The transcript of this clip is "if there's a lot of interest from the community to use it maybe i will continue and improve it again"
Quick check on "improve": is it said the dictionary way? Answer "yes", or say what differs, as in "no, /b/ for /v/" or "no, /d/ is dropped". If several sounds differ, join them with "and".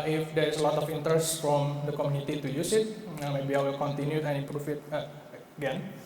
no, /f/ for /v/